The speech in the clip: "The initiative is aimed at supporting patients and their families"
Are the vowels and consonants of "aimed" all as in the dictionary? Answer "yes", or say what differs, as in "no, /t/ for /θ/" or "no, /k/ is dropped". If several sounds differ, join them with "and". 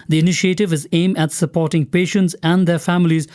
no, /d/ is dropped